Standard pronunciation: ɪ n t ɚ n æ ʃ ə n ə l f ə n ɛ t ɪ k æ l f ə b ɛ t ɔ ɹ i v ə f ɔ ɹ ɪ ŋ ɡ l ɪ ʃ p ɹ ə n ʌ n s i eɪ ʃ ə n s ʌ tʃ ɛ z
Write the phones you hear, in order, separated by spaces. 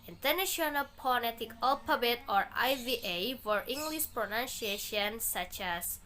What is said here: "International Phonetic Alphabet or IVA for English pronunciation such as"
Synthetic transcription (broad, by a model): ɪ n t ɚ n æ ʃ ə n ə l p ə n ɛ t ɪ k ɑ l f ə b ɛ t ɔ ɹ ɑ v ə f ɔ ɹ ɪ ŋ ɡ l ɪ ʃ p ɹ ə n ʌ n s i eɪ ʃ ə n s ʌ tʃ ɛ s